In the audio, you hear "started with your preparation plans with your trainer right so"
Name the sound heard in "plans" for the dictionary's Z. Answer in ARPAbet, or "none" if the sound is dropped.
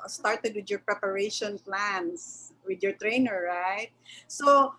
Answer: S